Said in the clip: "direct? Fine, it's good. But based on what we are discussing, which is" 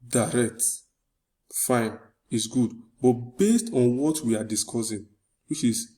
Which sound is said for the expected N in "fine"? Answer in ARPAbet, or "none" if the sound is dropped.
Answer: N